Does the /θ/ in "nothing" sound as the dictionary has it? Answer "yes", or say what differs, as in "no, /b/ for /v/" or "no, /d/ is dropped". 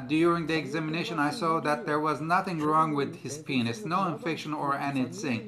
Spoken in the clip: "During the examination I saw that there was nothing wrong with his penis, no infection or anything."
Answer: yes